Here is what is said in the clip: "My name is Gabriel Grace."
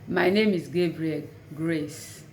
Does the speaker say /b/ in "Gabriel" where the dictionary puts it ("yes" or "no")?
yes